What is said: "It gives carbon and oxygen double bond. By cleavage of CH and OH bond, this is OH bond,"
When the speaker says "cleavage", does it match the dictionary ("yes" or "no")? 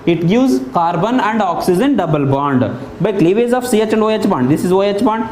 no